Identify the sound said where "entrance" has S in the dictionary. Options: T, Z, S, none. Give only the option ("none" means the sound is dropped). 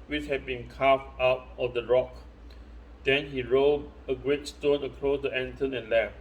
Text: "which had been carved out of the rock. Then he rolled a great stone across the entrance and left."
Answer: none